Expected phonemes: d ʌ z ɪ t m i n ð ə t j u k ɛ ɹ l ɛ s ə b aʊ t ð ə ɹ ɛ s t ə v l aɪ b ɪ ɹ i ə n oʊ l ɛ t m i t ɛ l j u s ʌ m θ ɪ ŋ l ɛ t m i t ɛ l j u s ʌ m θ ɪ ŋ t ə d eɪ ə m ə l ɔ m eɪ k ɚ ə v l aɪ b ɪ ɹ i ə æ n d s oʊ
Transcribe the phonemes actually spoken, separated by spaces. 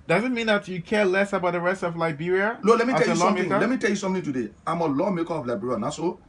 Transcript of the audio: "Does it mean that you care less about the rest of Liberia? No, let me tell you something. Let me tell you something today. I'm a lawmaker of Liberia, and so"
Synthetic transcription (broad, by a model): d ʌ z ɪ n m i n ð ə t j u k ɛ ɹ l ɛ s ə b aʊ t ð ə ɹ ɛ s t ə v l aɪ b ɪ ɹ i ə l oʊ l ɛ t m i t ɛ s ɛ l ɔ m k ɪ l ɛ t m i t ɛ l j u s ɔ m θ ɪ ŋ t ə d eɪ ə m ə l ɔ m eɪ k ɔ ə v l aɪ b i ɹ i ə n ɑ s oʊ